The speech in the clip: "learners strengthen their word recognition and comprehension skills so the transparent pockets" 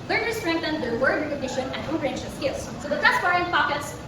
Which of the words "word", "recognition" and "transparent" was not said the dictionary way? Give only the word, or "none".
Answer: transparent